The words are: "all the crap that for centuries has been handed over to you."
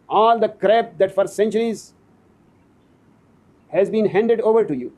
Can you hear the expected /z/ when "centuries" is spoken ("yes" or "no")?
yes